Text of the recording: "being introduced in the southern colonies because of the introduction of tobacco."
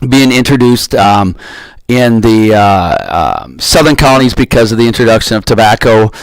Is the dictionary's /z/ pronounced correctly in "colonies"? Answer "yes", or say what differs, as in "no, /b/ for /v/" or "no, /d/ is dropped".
yes